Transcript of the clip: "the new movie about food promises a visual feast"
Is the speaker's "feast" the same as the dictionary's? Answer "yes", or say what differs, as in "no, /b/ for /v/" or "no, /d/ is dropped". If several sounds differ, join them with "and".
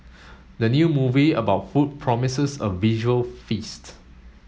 yes